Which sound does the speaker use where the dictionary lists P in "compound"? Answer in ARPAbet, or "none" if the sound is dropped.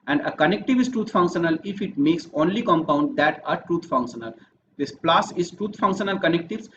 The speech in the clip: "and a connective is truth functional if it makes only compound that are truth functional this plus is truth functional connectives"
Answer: P